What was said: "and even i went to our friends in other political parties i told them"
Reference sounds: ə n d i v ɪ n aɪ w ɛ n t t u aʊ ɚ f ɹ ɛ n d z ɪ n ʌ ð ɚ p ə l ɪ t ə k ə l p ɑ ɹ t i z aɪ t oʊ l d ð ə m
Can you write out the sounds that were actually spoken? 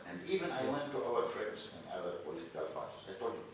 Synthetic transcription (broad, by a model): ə n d i v ɪ n aɪ w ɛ n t t u aʊ ɚ f ɹ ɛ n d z ɪ n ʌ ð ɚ p ə l ɪ t ə k ə l f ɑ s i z aɪ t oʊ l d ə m